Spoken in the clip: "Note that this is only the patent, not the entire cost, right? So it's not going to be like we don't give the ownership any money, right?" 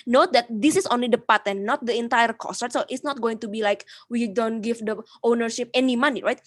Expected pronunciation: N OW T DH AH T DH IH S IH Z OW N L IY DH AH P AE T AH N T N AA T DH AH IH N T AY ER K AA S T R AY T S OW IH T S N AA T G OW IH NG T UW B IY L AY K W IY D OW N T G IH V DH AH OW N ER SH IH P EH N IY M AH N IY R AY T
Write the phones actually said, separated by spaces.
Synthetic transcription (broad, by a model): N OW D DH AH T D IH S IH S OW N L IY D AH P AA T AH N N AA T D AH IH N T AY ER K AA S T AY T S OW IH T S N AA T G OW IH NG T UW B IY L AY K W IY D OW N T G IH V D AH OW N ER SH IH P EH N IY M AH N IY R AY T